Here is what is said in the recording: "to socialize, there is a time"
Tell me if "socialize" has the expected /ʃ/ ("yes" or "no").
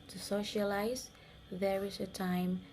yes